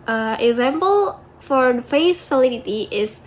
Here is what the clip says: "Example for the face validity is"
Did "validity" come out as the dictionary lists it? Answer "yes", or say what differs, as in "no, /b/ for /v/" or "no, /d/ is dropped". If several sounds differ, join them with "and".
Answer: no, /f/ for /v/